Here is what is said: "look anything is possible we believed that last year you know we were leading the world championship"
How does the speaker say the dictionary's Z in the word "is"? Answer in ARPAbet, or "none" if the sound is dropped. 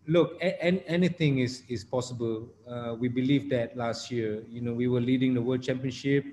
S